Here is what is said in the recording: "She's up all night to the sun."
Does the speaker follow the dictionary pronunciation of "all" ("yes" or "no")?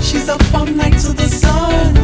no